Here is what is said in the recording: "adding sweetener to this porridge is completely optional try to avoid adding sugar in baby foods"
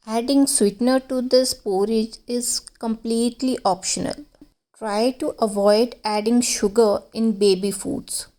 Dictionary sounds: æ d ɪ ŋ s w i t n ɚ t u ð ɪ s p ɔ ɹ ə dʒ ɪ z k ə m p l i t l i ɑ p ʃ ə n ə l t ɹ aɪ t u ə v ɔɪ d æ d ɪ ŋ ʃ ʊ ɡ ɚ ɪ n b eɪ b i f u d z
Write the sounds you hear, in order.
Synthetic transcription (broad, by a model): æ d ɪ ŋ s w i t n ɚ t u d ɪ s p ɔ ɹ ə dʒ ɪ z k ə m p l i t l i ɑ p ʃ ə n ə l t ɹ aɪ t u ə v ɔɪ d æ d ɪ ŋ ʃ ʊ ɡ ɚ ɪ n b eɪ b i f u d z